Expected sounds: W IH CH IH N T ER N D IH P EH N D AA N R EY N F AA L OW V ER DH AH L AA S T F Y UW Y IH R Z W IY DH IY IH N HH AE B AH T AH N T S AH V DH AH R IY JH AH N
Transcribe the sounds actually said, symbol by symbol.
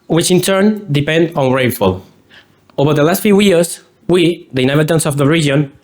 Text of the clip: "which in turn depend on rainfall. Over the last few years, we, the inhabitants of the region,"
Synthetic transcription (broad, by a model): W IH CH IH N T ER N D IH P EH N D AA N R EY F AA L OW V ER DH AH L AA S T F Y UW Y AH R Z W IY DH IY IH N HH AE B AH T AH N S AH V DH AH R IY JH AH N